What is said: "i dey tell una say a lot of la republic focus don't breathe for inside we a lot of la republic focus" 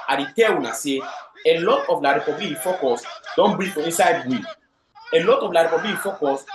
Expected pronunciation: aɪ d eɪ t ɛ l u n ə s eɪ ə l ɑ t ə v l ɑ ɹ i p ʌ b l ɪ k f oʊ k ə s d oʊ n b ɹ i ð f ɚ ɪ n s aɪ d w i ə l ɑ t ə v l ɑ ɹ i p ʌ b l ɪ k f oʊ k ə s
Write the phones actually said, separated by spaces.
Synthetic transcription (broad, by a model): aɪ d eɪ t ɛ w u n ə s eɪ ə l ɑ t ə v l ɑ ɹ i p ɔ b l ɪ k f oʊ k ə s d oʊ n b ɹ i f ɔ ɪ n s aɪ d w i ə l ɑ t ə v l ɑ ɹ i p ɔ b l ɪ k f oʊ k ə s